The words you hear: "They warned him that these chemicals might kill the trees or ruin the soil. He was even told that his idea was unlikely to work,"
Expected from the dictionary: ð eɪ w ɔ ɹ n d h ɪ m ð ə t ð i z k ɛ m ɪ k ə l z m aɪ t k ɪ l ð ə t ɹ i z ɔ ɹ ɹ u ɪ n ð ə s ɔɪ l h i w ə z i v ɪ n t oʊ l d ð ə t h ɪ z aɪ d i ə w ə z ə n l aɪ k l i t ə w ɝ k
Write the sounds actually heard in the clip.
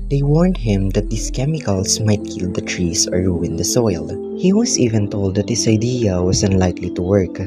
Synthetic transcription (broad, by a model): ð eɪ w ɔ ɹ n d h ɪ m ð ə t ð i s k ɛ m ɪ k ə l s m aɪ t k ɪ l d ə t ɹ i s ɔ ɹ ɹ u ɪ n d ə s ɔɪ l h i w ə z i v ɪ n t oʊ l d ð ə t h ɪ s aɪ d i ə w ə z ə n l aɪ k l i t ə w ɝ k